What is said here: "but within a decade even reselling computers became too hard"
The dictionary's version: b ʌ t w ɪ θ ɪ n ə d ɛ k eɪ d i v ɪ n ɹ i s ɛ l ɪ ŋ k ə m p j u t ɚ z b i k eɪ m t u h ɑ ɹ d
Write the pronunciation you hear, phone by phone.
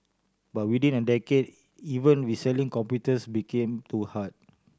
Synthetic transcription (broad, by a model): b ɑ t w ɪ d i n ə d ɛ k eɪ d i v ɪ n w i s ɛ l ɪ ŋ k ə m p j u t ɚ s b i k eɪ m t u h ɑ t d